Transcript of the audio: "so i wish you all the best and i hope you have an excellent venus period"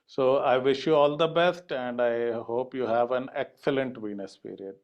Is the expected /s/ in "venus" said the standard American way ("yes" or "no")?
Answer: yes